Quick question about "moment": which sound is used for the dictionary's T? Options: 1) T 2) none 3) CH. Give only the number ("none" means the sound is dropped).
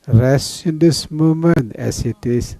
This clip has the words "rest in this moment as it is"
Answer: 2